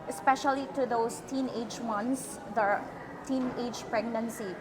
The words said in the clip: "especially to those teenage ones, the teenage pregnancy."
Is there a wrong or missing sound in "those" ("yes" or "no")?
yes